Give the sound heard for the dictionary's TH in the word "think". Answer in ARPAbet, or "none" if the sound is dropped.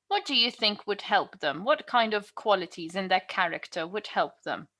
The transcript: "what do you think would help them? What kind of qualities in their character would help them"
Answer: TH